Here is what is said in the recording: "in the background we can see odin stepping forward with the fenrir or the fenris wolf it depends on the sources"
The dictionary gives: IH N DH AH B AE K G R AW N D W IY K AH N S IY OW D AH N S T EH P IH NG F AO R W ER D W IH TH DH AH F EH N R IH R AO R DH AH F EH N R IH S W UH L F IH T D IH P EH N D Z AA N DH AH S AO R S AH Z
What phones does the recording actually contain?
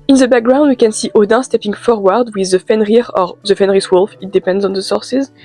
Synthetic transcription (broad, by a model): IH N DH AH B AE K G R AW N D W IY K AH N S IY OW D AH S T EH P IH NG F AO R W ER D W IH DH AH F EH N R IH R AO R DH AH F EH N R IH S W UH L F IH T D IH P EH N D Z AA N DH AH S AO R S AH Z